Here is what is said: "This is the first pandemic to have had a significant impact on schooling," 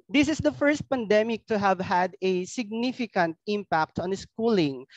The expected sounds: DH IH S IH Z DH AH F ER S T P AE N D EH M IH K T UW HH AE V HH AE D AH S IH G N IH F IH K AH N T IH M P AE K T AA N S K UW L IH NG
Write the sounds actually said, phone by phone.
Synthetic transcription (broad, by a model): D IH S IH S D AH F ER S T P AE N D EH M IH K T UW HH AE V HH AE D AH S IH G N IH F IH K AH N T IH M P AE K T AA N S K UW L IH NG